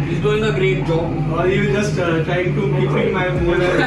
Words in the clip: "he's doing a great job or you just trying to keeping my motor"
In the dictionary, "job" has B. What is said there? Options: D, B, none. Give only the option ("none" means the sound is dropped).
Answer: none